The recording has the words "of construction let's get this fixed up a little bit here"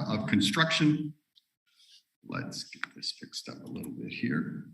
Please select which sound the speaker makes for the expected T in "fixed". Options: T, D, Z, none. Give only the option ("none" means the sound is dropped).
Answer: T